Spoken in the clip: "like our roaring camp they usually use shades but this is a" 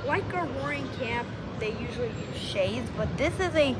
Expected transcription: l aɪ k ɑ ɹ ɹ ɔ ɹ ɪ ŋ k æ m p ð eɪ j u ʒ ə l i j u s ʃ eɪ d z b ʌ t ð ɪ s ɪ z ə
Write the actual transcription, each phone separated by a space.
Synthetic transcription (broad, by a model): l aɪ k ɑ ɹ w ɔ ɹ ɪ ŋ k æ p ð eɪ j u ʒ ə l i ʃ eɪ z b ʌ t ð ɪ s ɪ z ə